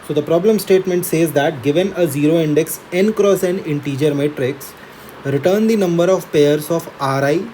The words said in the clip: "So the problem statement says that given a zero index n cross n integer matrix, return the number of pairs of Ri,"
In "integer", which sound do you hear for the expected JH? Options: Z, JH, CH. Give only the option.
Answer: JH